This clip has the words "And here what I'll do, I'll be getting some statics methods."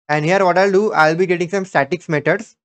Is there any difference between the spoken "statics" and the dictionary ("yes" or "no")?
no